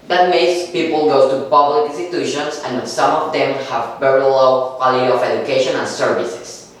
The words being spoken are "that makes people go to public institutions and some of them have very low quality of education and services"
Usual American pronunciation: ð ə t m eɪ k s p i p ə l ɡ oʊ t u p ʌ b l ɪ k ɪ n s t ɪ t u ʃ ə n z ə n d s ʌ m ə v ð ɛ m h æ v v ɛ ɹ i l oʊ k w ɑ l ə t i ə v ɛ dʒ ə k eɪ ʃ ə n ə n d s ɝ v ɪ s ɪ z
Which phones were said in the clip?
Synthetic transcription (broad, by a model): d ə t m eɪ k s p i p ə l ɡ oʊ t u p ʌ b ɪ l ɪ n s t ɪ t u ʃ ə n s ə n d s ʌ m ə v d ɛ m h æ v b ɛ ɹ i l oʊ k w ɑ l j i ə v ɛ dʒ ə k eɪ ʃ ə n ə n s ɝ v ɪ s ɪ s